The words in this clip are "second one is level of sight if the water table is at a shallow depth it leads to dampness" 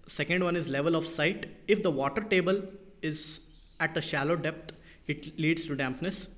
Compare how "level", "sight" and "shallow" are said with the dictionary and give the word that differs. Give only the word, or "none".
none